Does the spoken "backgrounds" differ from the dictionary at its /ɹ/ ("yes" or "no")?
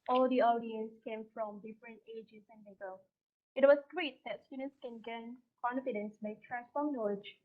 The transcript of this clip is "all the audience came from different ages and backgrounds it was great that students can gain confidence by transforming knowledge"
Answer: yes